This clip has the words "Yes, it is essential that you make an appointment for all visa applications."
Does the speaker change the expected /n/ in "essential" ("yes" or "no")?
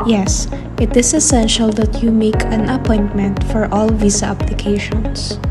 no